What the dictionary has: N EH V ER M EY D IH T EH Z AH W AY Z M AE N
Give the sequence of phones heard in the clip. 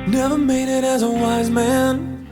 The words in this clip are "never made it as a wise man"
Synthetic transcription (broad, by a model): N EH V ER M EY D IH T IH Z AH W AY Z M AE N